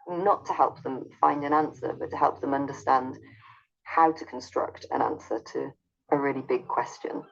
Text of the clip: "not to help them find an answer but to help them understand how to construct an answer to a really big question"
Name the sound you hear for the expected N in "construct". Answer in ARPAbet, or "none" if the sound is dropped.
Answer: N